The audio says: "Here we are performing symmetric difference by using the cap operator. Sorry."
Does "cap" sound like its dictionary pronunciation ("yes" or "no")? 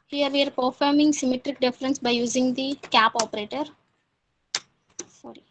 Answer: yes